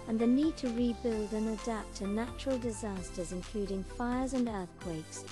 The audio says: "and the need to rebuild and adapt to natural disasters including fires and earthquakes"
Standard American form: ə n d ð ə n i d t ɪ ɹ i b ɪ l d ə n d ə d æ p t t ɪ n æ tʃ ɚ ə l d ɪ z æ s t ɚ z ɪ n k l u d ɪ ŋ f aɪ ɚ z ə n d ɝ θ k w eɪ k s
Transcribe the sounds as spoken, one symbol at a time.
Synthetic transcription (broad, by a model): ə n ð ə n i d t ɪ ɹ i b ɪ l d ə n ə d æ p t t ɪ n æ tʃ ɚ ə l d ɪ z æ s t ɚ z ɪ n k l u d ɪ ŋ f aɪ ɚ z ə n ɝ θ k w eɪ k s